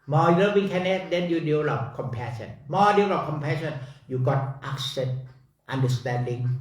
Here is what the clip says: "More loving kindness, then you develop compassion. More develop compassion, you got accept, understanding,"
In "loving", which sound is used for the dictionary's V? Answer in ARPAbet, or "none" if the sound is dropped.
W